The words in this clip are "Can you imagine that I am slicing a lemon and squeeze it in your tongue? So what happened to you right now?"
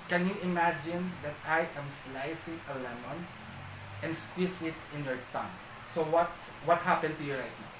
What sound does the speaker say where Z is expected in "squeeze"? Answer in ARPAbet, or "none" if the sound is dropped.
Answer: S